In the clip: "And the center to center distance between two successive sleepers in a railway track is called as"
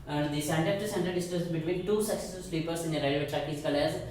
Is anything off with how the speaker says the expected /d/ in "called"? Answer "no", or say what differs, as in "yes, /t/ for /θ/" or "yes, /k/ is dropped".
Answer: yes, /d/ is dropped